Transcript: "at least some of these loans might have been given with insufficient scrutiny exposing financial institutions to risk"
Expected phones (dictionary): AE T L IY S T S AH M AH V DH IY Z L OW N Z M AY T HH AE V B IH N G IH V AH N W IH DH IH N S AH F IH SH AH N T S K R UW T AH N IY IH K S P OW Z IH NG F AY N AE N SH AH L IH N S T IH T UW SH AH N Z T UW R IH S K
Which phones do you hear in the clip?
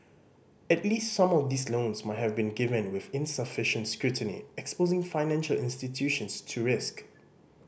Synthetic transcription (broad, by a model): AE T L IY S T S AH M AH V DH IY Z L OW N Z M AY T HH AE V B IH N G IH V AH N W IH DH IH N S AH F IH SH AH N T S K R UW T AH N IY IH K S P OW Z IH NG F AY N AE N SH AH L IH N S T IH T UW SH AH N S T UW R IH S K